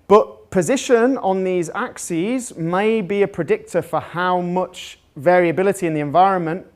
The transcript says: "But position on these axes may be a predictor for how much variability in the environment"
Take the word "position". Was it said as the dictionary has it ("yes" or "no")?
yes